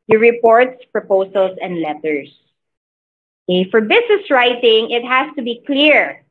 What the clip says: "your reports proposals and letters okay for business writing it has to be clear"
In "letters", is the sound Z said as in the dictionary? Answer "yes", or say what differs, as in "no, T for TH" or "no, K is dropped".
no, S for Z